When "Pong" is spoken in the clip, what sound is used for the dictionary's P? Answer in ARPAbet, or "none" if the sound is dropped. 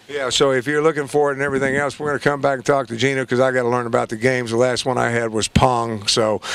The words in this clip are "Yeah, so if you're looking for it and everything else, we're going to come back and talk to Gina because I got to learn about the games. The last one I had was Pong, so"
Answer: P